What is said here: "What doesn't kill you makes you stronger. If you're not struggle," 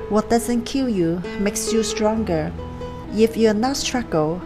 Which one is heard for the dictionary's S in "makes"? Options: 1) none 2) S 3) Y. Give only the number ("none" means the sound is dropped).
2